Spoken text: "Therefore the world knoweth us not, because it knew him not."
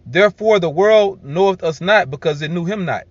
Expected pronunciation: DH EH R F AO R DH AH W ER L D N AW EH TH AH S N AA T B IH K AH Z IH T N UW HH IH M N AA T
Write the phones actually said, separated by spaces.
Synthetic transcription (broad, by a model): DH EH R F AO R DH AH W ER L D N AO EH AH S N AA T B IH K AH Z IH T N UW HH IH M N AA T